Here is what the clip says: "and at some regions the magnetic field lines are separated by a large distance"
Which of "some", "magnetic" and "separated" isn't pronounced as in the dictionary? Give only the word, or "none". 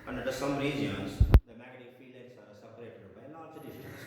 magnetic